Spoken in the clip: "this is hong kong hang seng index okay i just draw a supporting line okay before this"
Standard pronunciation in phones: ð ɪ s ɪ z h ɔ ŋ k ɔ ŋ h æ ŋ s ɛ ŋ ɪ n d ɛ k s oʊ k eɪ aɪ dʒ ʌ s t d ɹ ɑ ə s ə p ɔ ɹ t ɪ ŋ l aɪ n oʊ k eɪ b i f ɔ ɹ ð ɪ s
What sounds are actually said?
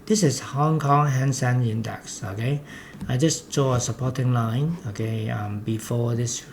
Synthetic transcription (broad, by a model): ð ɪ s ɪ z h ɔ ŋ k ɔ ŋ h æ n s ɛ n ɪ n d ɛ k s oʊ k eɪ aɪ dʒ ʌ s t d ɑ ə s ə p ɔ t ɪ ŋ l aɪ n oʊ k eɪ b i f ɔ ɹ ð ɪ s